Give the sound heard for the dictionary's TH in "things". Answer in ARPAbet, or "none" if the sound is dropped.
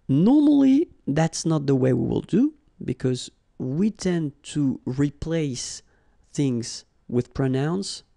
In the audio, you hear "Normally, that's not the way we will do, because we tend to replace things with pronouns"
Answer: TH